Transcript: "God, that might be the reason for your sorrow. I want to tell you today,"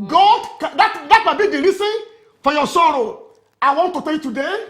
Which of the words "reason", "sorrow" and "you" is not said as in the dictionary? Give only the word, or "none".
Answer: reason